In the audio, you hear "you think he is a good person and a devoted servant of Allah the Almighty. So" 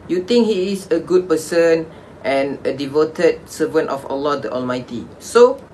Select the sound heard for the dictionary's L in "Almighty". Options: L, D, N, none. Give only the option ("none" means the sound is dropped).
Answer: L